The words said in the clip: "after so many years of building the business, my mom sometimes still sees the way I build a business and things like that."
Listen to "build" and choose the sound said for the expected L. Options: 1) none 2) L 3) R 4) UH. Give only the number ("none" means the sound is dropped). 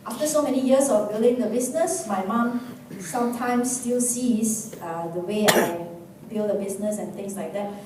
2